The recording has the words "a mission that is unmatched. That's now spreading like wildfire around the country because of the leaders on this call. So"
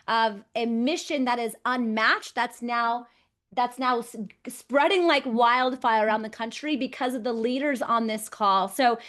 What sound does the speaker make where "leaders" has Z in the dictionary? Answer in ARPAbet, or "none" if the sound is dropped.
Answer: Z